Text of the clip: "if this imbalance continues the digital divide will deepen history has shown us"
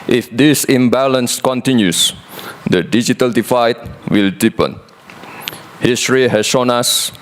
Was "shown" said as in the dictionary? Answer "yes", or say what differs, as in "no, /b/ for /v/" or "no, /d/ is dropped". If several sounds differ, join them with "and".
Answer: yes